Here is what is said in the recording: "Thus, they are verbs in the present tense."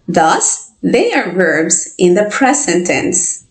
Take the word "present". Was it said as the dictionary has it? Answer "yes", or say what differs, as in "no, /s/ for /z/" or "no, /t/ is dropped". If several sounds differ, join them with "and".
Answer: no, /s/ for /z/